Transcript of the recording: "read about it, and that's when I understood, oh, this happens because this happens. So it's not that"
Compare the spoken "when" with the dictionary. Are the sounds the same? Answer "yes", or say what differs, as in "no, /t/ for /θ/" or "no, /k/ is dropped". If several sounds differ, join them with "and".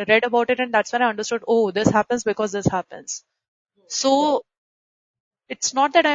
no, /n/ is dropped